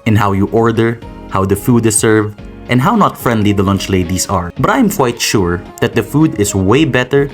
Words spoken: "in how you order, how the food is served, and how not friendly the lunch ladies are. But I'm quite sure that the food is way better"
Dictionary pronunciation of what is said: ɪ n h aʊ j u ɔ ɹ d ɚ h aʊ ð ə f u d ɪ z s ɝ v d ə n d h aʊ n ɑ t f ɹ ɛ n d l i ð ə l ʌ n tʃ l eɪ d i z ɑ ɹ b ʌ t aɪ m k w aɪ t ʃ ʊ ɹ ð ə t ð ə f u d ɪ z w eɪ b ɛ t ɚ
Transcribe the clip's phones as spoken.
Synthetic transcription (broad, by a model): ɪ n h aʊ j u ɔ ɹ d ɚ h aʊ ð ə f u d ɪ s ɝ v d ə n d h aʊ n ɑ t f ɹ ɛ n d l i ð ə l ʌ n tʃ l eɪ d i s ɑ ɹ b ʌ t aɪ m k w aɪ t ʃ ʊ ɹ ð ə t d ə f u d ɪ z w eɪ b ɛ t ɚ